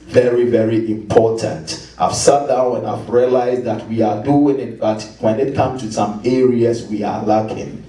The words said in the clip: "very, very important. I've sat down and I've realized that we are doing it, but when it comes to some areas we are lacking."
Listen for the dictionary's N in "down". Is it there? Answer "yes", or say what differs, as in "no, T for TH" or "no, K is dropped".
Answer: no, N is dropped